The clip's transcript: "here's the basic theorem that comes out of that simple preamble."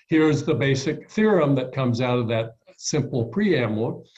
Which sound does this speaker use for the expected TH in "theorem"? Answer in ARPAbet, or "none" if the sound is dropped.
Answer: TH